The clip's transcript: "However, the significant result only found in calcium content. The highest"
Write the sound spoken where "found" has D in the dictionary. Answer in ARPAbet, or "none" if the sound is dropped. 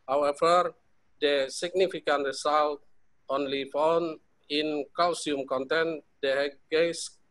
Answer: none